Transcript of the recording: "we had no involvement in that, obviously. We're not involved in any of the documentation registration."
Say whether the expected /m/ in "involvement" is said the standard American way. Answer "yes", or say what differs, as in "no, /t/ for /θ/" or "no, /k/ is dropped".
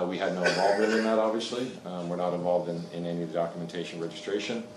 no, /m/ is dropped